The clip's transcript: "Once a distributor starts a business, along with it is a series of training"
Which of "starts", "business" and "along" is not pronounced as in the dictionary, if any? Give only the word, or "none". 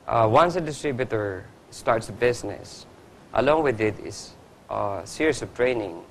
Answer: business